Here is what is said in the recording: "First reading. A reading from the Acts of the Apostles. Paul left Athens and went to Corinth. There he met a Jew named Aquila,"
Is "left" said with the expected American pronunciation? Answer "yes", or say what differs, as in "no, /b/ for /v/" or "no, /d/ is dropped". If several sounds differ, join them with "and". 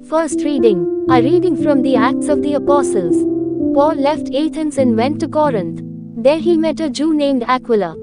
yes